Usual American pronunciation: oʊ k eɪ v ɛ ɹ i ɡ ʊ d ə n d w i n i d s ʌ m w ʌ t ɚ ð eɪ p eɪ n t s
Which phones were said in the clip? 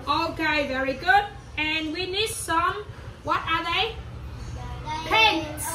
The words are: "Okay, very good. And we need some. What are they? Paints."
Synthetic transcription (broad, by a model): oʊ k eɪ v ɛ ɹ i ɡ ʊ d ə n w i n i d s ʌ m w ʌ t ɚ ð eɪ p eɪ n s